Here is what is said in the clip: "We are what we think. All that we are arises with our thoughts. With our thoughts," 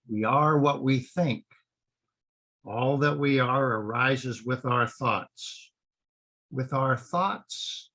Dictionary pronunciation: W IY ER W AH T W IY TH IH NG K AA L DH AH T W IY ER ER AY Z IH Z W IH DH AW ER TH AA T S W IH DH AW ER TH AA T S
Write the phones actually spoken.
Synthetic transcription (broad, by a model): W IY ER W AH T W IY TH IH NG K AA L DH AH T W IY ER ER AY Z IH Z W IH DH AW ER TH AA T S W IH DH AW ER TH AA T S